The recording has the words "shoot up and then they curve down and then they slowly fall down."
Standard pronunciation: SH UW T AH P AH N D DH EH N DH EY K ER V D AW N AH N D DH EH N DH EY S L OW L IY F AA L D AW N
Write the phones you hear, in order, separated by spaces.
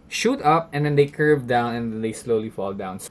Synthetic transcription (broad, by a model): SH UW T AH P AH N D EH N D EY K ER V D AW N AH N D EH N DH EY S L OW L IY F AA L D AW N